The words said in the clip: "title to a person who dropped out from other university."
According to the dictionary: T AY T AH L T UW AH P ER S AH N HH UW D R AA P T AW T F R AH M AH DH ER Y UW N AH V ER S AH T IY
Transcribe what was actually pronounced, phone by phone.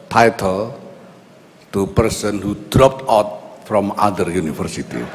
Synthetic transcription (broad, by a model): T AY T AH L T UW P ER S AH N HH UW D R AA P T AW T F R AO M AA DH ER Y UW N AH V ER S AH T IY